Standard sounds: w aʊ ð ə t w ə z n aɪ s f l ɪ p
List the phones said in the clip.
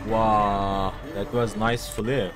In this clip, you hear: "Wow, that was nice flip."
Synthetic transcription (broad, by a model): w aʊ ð ə t w ə z n aɪ s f l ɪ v